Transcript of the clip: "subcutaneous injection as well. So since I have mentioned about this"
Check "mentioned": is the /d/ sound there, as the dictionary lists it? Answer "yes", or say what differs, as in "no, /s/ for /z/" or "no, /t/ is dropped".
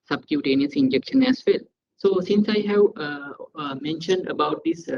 yes